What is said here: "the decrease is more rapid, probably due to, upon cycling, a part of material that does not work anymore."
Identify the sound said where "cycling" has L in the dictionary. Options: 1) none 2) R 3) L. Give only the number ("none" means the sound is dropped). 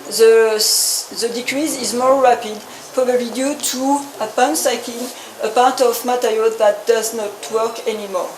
1